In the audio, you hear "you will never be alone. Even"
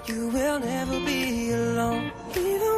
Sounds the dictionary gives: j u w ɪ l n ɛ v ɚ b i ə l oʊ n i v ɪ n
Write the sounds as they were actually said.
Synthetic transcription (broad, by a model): j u w ɪ l n ɛ v ɚ b i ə l oʊ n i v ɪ